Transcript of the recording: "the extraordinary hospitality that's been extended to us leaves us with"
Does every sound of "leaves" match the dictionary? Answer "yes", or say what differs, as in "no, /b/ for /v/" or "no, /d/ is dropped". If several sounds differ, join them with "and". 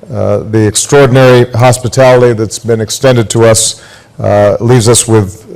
yes